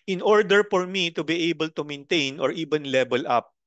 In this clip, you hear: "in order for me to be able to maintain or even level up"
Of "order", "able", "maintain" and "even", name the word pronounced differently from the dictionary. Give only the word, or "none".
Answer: even